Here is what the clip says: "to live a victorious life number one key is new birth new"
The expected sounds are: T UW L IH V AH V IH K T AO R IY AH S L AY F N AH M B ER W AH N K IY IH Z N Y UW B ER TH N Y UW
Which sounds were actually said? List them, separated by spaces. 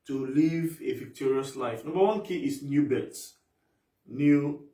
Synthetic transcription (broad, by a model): T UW L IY V AH V IH K T AO R IY AH S L AY F N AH M B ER W AH N K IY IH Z N Y UW B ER S N Y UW